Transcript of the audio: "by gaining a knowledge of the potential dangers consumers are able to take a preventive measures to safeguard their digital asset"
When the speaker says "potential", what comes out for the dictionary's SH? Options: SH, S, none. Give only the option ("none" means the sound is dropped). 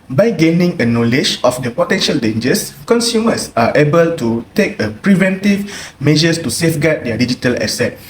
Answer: SH